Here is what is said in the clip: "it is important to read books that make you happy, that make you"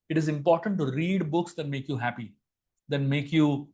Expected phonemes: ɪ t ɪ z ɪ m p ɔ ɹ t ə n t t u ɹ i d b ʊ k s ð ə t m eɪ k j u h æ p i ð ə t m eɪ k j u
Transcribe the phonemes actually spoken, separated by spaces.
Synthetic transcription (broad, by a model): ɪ t ɪ z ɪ m p ɔ ɹ t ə n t t u ɹ i d b ʊ k s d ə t m eɪ k j u h æ p i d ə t m eɪ k j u